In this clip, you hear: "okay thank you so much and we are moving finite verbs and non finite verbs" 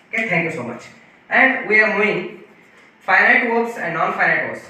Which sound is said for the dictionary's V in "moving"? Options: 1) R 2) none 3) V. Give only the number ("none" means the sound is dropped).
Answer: 2